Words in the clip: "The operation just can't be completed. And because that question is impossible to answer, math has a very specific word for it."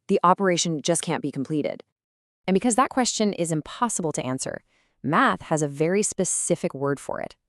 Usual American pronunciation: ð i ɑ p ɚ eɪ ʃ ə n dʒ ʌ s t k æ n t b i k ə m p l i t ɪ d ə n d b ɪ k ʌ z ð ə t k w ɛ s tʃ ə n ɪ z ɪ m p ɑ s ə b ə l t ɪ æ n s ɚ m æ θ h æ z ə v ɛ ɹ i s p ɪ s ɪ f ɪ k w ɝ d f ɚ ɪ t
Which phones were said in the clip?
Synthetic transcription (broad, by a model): ð i ɑ p ɚ eɪ ʃ ə n dʒ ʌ s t k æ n b i k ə m p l i t ɪ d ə n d b ɪ k ʌ z ð ə t k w ɛ s tʃ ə n ɪ z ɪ m p ɑ s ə b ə l t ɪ æ n s ɚ m æ θ h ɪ z ə v ɛ ɹ i s p ɪ s ɪ f ɪ k w ɝ d f ɚ ɪ t